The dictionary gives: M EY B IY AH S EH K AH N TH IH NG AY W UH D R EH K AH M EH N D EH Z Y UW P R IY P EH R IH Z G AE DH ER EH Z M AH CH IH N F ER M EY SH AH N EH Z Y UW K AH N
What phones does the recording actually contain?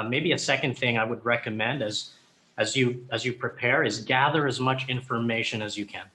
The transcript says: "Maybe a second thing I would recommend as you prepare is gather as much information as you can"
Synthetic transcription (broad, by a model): M EY B IY AH S EH K AH N TH IH NG AY W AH D R EH K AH M EH N D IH Z Y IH P R IY P EH R IH Z G AE DH ER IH Z M AH CH IH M F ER M EY SH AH N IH Z Y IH K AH N